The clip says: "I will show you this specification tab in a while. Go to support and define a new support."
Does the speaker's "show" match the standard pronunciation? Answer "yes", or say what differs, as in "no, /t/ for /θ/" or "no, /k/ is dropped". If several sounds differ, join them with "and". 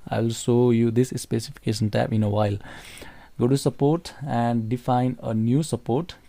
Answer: no, /s/ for /ʃ/